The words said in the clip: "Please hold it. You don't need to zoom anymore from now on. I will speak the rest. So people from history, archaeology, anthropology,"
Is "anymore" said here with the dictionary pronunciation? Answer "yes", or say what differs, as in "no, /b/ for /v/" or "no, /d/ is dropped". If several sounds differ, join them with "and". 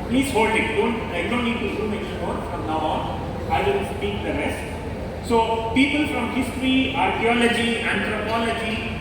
no, /m/ is dropped